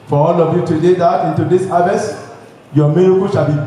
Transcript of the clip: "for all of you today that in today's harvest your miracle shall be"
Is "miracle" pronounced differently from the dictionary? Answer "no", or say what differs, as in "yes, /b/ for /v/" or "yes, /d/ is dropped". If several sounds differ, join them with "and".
yes, /ɹ/ is dropped